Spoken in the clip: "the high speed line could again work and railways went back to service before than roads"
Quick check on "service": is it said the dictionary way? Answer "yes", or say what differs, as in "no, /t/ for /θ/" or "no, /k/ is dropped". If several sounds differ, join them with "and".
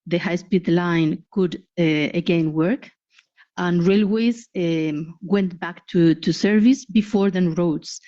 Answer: yes